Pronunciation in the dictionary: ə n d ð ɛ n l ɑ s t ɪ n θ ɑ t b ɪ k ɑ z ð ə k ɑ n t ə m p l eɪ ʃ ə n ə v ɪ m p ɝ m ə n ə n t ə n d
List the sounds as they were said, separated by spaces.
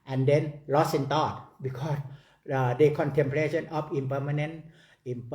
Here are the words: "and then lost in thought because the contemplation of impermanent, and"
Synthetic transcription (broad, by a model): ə n d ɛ n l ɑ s ɪ n t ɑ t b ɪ k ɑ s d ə k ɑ n t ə m p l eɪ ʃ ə n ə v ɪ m p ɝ m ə n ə n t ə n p